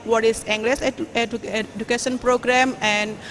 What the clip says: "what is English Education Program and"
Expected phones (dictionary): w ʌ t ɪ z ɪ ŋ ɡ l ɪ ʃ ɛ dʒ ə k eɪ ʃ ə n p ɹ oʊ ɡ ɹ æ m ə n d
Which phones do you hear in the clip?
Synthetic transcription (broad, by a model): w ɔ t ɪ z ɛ ŋ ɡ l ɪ s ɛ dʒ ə k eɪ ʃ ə n p ɹ oʊ ɡ ɹ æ m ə n d